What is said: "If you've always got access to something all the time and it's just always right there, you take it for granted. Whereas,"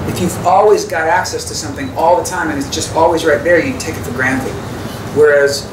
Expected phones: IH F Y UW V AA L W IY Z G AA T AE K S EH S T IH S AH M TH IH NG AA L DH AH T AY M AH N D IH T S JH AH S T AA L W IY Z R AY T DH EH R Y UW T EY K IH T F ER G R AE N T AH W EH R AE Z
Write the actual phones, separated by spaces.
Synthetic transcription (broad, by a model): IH F Y UW V AA L W IY Z G AA T AE K S EH S T IH S AH M TH IH NG AA L DH AH T AY M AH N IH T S JH AH S T AA L W IY Z R AY T DH EH R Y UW T EY K IH T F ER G R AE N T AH W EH R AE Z